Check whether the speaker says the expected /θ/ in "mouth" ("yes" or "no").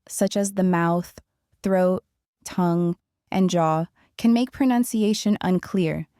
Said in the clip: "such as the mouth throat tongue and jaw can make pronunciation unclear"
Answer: yes